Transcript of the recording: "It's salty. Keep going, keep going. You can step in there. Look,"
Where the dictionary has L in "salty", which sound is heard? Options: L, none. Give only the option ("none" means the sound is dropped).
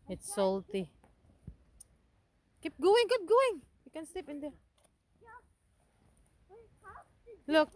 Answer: L